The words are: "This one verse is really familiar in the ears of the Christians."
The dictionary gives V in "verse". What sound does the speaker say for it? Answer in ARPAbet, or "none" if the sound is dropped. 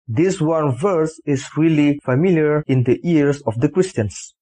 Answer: V